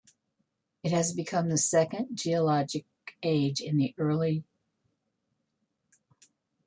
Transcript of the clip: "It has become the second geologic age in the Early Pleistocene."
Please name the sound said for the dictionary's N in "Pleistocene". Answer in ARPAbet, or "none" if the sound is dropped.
none